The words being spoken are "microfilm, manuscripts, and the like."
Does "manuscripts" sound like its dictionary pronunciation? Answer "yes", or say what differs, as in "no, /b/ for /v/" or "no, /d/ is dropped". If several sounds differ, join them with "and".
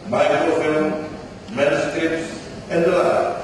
no, /p/ is dropped